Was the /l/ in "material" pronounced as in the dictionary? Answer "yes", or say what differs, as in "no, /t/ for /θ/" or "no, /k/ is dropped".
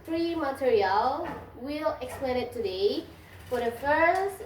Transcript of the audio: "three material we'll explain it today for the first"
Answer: yes